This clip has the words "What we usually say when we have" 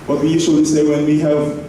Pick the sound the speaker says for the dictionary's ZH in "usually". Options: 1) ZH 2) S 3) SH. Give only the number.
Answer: 2